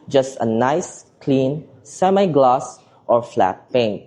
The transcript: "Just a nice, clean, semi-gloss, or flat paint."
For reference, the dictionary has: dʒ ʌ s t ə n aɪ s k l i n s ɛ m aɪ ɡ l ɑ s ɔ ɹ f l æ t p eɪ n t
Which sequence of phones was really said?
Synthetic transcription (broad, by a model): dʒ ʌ s t ə n aɪ s k l i n s ɛ m aɪ ɡ l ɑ s ɔ ɹ f l æ t p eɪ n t